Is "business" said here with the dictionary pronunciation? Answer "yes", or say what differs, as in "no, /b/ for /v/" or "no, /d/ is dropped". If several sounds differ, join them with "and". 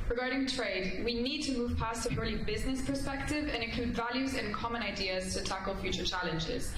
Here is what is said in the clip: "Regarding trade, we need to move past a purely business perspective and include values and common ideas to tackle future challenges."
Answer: yes